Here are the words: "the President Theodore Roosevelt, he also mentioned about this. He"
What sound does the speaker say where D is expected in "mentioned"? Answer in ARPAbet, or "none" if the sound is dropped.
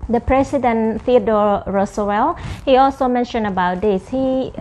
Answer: none